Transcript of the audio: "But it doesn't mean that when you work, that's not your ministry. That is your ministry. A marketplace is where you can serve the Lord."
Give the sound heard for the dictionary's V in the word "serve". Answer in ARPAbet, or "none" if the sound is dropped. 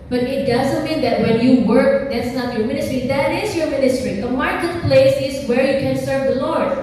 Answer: V